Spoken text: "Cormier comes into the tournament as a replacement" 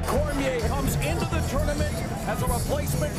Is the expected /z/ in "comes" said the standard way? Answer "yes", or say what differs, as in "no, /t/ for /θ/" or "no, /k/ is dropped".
yes